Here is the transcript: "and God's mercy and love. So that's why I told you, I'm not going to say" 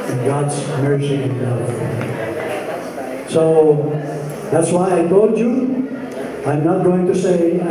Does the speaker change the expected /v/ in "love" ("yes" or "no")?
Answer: yes